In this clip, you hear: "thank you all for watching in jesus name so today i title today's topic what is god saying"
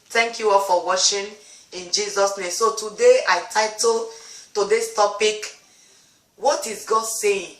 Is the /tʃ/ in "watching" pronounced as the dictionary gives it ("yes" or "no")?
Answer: no